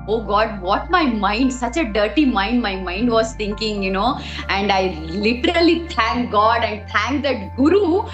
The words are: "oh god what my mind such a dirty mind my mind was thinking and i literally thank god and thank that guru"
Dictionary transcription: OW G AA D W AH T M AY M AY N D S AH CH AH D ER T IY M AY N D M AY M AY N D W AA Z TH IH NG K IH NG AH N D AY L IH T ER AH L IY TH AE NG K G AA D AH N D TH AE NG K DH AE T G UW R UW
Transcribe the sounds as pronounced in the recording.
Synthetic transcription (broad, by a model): OW G AA D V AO T M AY M AY N D S AH CH AH D ER T IY M AY N D M AY M AY N D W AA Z T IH NG K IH NG AH N D AY L IH T ER AH L IY T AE NG K G AA D AH N D T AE NG K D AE T G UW R UW